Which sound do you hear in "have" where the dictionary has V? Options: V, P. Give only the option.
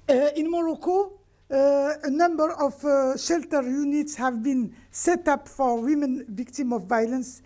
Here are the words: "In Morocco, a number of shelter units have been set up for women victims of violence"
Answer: V